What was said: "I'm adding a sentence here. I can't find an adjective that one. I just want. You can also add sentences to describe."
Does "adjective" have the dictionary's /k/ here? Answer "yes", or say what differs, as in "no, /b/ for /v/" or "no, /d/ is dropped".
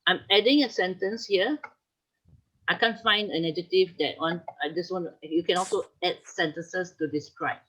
no, /k/ is dropped